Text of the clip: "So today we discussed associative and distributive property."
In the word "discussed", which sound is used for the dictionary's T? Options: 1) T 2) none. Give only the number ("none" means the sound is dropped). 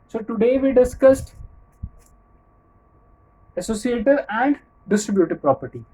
1